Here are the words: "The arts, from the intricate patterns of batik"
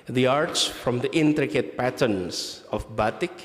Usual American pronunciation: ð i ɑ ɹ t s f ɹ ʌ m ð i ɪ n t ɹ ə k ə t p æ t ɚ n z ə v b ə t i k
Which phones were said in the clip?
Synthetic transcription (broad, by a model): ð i ɑ ɹ t s f ɹ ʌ m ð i ɪ n t ɹ ə k ə t p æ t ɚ n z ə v b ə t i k